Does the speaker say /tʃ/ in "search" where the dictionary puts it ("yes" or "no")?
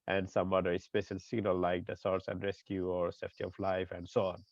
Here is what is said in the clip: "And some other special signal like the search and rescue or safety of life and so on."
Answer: no